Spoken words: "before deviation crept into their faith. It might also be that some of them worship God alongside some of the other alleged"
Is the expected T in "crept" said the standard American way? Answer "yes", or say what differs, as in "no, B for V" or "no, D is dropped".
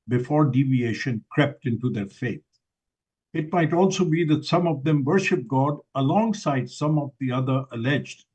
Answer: yes